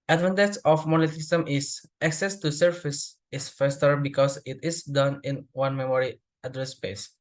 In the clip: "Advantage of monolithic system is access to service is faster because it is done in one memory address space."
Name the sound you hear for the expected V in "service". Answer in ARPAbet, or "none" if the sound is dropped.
F